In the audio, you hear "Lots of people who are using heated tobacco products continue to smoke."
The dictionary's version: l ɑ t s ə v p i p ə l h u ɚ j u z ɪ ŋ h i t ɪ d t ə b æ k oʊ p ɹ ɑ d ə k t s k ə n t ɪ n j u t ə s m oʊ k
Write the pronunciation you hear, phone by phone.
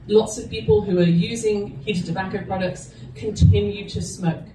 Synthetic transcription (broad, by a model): l ɑ t s ə v p i p ə l h u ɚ j u z ɪ ŋ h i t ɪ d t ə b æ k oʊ p ɹ ɑ d ə k t s k ə n t ɪ n j u t ə s m oʊ k